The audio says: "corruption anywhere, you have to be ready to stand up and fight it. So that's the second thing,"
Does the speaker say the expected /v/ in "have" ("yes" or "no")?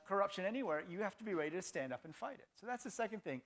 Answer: no